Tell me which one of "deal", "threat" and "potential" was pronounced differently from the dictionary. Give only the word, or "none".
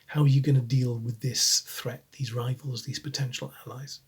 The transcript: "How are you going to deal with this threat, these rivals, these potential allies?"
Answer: none